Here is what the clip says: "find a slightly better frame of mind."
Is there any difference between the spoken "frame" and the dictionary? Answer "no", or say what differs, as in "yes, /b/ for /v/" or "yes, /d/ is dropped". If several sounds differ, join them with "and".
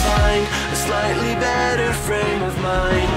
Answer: no